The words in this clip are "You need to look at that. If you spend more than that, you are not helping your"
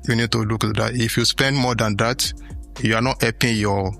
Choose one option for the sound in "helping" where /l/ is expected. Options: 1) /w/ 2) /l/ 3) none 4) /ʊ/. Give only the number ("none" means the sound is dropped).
3